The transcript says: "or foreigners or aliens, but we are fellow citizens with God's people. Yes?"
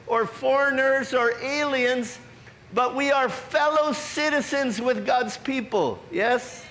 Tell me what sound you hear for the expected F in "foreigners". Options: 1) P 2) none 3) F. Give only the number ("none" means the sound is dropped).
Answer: 3